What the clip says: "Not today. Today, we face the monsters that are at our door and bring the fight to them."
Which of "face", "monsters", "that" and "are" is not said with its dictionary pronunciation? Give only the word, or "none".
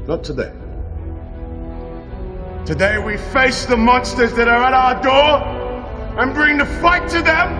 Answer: none